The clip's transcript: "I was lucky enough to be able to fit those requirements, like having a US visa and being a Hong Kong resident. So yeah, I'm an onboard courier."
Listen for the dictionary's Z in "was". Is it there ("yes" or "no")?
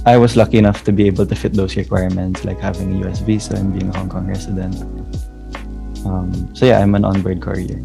no